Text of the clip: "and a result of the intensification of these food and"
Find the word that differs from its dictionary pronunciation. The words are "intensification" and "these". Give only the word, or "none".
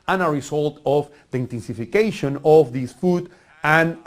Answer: these